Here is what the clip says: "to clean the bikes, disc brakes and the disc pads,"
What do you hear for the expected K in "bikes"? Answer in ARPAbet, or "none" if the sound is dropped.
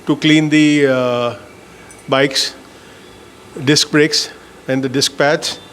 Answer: K